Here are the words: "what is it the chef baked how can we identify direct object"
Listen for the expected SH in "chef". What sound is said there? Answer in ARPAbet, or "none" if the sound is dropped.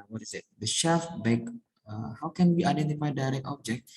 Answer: SH